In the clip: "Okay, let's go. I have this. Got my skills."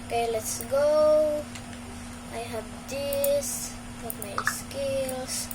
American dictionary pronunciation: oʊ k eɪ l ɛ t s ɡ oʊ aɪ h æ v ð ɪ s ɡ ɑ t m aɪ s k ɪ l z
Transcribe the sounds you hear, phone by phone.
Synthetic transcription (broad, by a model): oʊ k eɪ l ɛ t s ɡ oʊ aɪ h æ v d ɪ s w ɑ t m aɪ s k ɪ l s